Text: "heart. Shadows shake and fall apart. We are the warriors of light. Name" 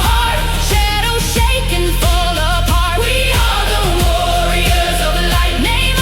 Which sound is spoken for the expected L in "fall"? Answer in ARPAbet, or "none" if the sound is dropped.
L